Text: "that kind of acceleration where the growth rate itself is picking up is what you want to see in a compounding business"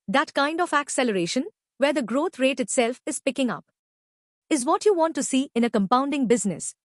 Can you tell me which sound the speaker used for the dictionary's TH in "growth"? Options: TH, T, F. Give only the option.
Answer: T